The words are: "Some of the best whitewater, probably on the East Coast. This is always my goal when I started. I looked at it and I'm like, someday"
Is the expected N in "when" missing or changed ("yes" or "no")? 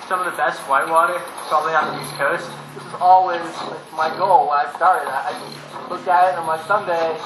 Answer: yes